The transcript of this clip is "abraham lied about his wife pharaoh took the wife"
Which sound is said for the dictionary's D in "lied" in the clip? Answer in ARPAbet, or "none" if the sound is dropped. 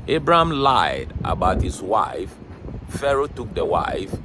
D